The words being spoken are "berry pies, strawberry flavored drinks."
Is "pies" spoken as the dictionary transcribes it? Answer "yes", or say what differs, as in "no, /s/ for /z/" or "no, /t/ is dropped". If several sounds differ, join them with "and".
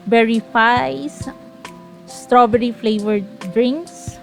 no, /f/ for /p/